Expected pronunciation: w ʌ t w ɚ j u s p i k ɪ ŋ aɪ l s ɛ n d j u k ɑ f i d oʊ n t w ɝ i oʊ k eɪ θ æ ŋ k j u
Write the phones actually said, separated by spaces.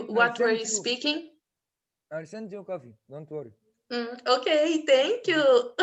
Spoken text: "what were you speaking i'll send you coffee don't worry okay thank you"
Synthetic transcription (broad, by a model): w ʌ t w ɚ j u s p i k ɪ ŋ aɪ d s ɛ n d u k ɑ f i d oʊ n t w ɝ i oʊ k eɪ t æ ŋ k j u